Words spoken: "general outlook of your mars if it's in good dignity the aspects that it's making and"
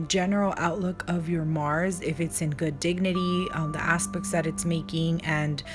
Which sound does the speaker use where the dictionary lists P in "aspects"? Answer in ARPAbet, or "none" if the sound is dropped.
P